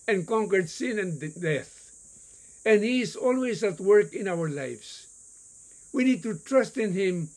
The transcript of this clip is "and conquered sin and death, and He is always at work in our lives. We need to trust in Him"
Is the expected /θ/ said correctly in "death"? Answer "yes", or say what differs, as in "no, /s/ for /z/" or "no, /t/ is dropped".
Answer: yes